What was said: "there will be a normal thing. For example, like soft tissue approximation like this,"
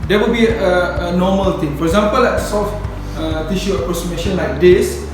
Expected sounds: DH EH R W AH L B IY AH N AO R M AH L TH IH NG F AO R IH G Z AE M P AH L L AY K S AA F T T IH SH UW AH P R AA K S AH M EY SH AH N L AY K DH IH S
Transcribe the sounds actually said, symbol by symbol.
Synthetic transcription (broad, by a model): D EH W AH L B IY AH N AO M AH L T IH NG F AO R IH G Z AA M P AH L L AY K S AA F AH T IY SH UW AH P R AA K S AH M EY SH AH N L AY K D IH S